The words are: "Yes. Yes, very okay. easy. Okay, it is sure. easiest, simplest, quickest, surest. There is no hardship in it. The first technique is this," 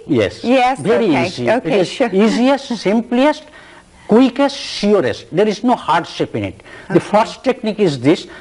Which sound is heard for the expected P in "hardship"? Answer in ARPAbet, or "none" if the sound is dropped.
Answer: P